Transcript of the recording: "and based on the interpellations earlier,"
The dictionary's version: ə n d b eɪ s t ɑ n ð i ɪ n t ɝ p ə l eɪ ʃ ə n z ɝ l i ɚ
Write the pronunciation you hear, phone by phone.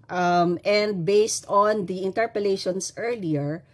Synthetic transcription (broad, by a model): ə n d b eɪ s t ɑ n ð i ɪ n t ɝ p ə l eɪ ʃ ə n s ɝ l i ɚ